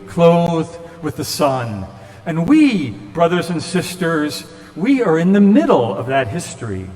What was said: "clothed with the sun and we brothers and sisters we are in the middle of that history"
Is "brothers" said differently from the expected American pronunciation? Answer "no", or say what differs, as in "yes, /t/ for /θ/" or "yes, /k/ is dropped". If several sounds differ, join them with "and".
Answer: no